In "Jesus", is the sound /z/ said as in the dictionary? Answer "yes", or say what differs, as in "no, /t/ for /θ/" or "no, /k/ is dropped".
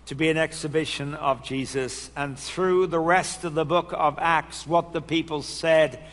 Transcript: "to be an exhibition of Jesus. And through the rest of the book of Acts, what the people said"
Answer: yes